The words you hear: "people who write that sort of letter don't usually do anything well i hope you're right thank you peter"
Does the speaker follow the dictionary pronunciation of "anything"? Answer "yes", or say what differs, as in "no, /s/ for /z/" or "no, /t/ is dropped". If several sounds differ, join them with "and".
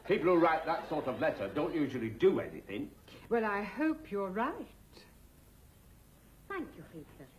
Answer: yes